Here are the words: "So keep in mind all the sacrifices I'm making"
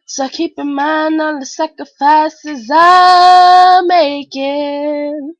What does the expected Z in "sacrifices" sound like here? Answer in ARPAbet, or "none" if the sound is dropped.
Z